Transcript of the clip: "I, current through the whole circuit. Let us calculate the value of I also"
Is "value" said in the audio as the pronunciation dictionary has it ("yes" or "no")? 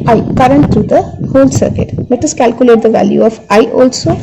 yes